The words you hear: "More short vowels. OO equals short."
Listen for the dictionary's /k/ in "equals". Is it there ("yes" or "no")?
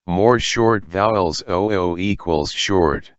yes